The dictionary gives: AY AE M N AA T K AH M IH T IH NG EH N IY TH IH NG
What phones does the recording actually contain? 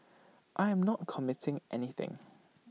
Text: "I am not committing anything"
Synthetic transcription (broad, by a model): AY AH M N AA T K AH M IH T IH NG EH N IY TH IH NG